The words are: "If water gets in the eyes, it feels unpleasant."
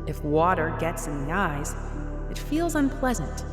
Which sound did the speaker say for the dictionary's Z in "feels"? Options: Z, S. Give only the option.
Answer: Z